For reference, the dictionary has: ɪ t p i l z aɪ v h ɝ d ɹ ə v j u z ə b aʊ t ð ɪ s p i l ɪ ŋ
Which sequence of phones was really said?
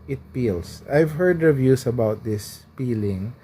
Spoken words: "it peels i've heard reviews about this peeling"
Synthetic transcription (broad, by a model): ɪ t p i l s aɪ v h ɝ d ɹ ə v j u s ə b aʊ t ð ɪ s p i l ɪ ŋ